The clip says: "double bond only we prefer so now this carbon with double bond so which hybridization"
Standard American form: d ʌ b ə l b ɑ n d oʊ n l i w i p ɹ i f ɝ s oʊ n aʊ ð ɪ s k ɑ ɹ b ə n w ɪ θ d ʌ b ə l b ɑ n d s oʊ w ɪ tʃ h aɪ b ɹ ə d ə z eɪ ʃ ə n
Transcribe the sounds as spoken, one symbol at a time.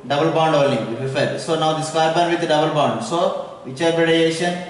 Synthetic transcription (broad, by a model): d ʌ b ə l b ɑ n d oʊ l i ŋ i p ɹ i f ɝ s oʊ n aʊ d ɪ s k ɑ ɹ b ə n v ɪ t d ʌ b ə l b ɑ n d s oʊ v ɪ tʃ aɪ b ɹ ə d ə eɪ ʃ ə n